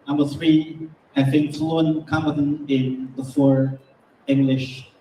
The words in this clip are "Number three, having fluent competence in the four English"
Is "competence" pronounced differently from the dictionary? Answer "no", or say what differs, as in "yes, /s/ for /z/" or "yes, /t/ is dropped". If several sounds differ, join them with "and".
yes, /b/ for /p/ and /s/ is dropped